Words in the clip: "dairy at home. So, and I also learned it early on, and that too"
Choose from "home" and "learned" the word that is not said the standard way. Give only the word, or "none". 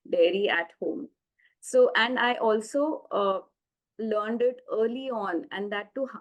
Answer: none